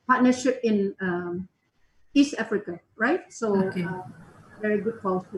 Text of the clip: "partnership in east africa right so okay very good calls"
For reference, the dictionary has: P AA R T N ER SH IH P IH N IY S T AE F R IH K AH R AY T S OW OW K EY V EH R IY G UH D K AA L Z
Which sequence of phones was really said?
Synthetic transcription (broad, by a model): P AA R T N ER SH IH P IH N IY S T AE F R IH K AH R AY T S OW OW K EY V EH R IY G UH D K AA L